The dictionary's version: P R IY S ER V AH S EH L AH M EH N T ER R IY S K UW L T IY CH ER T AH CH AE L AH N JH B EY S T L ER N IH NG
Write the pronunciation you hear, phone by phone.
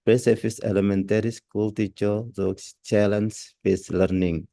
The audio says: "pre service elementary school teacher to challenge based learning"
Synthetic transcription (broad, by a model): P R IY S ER F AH S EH L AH M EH N T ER R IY S K UW L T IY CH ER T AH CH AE L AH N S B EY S L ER N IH NG